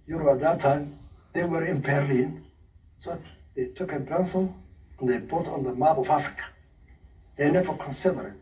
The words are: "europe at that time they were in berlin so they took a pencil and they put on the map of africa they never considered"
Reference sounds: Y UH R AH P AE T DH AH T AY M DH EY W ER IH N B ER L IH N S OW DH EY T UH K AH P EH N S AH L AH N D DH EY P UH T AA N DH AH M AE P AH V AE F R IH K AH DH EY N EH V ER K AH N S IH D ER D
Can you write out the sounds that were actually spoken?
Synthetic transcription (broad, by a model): Y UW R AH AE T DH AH T AY M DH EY W ER IH N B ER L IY N S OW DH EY T UH K AH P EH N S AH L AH N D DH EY B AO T AA N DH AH M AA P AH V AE F R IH K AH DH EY N EH V ER K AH N S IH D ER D